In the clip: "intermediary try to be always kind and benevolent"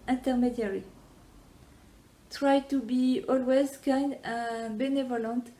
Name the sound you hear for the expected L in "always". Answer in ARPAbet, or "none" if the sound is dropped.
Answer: L